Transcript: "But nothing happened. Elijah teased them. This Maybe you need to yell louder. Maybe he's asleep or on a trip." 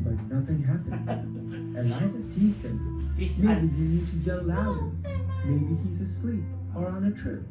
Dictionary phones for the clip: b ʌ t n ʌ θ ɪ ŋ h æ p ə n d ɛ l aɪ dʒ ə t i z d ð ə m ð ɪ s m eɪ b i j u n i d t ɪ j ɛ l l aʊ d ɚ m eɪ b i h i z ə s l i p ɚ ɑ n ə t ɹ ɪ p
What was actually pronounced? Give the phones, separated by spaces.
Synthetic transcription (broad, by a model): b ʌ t n ʌ θ ɪ ŋ h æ p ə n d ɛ aɪ z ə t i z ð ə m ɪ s m eɪ b i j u n i d t ɪ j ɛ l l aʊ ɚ m eɪ b i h i z ə s l i p ɚ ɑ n ə t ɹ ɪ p